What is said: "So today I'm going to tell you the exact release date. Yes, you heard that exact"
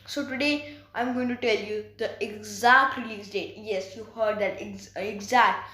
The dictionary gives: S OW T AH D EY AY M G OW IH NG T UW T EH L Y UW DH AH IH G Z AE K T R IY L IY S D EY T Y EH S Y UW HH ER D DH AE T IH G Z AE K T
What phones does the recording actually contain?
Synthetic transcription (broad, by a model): S OW T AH D EY AY M G OW IH NG T UW T EH L Y UW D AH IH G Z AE K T L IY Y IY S D EY T Y EH S Y UW HH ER D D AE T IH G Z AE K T